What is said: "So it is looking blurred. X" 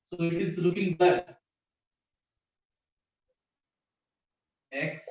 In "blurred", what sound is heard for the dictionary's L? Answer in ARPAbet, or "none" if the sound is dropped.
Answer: none